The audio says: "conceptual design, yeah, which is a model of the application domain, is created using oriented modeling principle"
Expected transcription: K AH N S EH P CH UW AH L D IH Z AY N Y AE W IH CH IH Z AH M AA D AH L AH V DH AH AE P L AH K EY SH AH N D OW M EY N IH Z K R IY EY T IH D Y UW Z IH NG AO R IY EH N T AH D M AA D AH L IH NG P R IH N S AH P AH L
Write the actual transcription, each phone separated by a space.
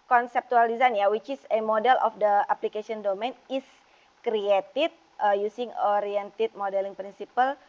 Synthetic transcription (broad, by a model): K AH N S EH P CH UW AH L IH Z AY N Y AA W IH CH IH S AH M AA D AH L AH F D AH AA P L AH K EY S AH N D OW M EY N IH S K R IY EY T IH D Y UW S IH NG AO R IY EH N T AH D M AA D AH L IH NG P R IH N S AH P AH L